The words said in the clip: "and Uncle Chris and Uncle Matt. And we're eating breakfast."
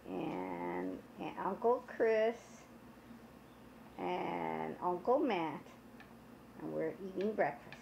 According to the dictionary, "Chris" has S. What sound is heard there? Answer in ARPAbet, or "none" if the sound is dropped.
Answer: S